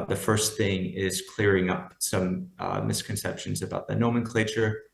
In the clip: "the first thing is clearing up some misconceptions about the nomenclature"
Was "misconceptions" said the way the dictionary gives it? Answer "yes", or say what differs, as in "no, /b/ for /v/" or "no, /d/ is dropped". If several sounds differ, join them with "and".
yes